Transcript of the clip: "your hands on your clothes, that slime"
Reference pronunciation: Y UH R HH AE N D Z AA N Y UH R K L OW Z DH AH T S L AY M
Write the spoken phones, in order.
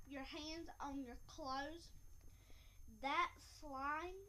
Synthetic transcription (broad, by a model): Y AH R HH AE N D Z N Y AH R K L OW Z DH AH T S L AY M